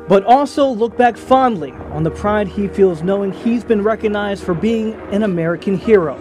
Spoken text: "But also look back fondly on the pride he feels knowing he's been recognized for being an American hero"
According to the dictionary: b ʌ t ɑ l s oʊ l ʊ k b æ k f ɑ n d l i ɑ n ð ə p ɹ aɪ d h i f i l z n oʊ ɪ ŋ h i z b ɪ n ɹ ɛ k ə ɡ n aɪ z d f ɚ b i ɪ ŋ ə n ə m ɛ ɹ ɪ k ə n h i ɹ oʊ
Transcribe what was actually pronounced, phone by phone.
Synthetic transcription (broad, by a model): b ʌ t ɑ l s oʊ l ʊ k b æ k f ɑ n d l i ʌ n ð ə p ɹ aɪ d h i f i l z n oʊ ɪ ŋ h i z b ɪ n ɹ ɛ k ə ɡ n aɪ z d f ɚ b i ɪ ŋ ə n ə m ɛ ɹ ɪ k ə n h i ɹ oʊ